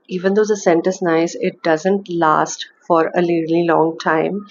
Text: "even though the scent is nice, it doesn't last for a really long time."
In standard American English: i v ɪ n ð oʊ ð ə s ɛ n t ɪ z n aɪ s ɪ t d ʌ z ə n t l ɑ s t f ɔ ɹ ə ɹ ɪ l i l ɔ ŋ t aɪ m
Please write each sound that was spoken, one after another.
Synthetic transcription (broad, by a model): i v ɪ n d oʊ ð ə s ɛ n t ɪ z n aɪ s ɪ t d ʌ z ə n t l ɑ s t f ɔ ɹ ə l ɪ l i l ɔ ŋ t aɪ m